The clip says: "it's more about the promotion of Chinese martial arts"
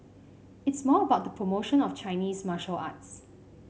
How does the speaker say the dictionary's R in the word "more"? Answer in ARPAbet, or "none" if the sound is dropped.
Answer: L